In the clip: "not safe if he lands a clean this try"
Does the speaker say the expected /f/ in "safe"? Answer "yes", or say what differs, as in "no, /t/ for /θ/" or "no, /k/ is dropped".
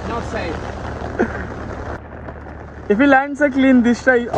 no, /f/ is dropped